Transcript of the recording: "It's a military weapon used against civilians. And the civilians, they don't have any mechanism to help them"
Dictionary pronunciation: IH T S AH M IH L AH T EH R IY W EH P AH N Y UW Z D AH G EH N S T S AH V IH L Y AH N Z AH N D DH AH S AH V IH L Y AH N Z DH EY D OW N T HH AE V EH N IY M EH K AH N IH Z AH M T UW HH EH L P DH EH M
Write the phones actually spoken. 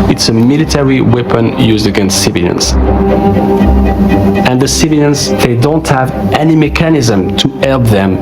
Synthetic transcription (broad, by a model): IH T S AH M IH L AH T EH R IY W EH P AH N Y UW Z D AH G EH N S T S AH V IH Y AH N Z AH N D DH AH S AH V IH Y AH N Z DH EY D OW N T HH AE V EH N IY M EH K AH N IH Z AH M T UW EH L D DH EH M